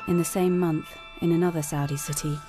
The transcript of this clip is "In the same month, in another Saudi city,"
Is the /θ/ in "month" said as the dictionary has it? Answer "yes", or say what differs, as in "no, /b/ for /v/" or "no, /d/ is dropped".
yes